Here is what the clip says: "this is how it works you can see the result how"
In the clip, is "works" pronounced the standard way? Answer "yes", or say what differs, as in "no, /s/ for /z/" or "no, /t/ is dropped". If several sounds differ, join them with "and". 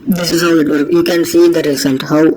no, /s/ is dropped